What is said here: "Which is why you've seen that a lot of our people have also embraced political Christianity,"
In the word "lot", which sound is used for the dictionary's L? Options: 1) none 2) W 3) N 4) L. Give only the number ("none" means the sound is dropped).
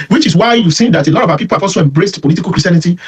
4